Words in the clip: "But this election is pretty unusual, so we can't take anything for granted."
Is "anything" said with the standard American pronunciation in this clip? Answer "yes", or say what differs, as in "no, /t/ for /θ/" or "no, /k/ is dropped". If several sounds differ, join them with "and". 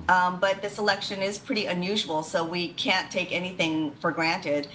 yes